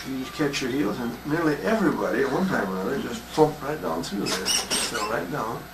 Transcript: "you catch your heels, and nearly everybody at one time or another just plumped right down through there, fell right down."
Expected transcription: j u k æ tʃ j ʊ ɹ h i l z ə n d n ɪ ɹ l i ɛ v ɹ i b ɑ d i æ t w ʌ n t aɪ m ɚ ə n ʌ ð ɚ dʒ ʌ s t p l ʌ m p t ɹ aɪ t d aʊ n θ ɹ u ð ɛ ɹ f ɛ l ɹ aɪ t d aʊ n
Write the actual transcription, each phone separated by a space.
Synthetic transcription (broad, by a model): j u k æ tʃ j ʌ ɹ h i l z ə n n ɪ ɹ l i ɛ v ɹ i b ɑ d i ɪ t w ʌ n t aɪ m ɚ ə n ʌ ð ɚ dʒ ʌ s t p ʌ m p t ɹ aɪ t d aʊ n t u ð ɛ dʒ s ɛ ɹ aɪ t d aʊ n